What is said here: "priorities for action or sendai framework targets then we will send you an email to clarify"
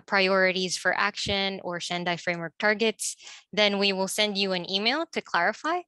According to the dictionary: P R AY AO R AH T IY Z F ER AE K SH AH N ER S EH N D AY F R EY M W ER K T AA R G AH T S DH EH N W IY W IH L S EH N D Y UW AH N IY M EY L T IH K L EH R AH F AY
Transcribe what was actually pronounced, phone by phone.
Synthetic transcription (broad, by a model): P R AY AO R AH T IY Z F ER AE K SH AH N ER SH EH N D AY F R EY M W ER K T AA R G AH T S DH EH N W IY W IH L S EH N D Y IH AH N IY M EY L T IH K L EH R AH F AY